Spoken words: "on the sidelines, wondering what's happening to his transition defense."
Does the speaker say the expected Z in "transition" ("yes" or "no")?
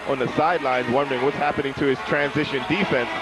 yes